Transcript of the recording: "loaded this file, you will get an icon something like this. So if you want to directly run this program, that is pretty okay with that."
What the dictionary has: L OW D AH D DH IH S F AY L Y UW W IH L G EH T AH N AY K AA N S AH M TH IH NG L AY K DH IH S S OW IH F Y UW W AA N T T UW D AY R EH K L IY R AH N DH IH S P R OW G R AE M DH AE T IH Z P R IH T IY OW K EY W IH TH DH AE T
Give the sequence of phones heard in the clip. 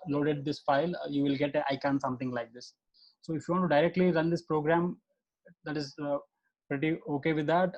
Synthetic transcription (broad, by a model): L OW D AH D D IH S F AY L Y UW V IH L G EH T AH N AY K AA N S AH M T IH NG L AY K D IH S S OW IH F Y UW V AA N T T UW D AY R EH K L IY R AH N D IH S P R OW G R AE M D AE T IH Z P R IH T IY OW K EY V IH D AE T